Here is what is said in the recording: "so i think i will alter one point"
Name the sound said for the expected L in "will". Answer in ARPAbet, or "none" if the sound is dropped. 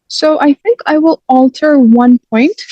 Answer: L